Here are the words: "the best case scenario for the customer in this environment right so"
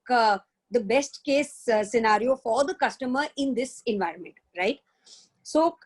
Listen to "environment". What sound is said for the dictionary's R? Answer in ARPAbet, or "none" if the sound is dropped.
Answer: R